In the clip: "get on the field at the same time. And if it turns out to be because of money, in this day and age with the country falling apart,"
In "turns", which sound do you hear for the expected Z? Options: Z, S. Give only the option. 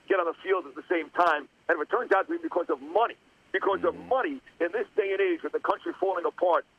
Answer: Z